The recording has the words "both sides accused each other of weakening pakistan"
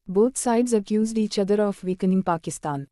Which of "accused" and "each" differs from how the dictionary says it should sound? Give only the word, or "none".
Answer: none